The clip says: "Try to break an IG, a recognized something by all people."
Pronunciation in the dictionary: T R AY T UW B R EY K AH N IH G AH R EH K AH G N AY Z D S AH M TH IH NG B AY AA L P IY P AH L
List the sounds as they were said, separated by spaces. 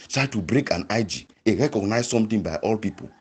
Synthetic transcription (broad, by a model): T R AY T UW B R EY K AH N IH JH AH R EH K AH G N AY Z S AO M T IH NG B AY AA L P IY P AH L